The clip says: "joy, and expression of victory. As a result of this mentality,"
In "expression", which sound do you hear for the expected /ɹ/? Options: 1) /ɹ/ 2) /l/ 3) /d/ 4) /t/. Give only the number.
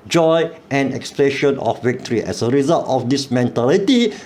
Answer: 2